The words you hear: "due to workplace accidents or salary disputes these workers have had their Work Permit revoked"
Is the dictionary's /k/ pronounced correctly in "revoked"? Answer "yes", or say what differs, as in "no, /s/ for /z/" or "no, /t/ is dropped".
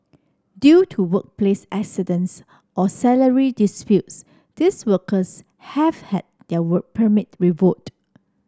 no, /k/ is dropped